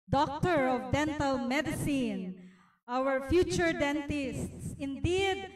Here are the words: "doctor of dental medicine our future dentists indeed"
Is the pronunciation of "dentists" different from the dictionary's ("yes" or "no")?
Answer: no